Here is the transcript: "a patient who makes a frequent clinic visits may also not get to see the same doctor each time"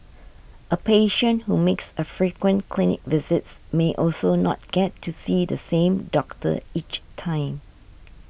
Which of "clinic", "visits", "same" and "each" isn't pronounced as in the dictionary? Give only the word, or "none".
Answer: none